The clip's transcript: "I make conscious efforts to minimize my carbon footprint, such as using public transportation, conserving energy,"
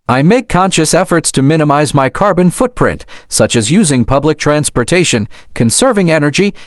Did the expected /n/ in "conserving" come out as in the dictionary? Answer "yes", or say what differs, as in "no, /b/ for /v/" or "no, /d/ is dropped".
yes